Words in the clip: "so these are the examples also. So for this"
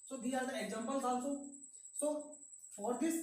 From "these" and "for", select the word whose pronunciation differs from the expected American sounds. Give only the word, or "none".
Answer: these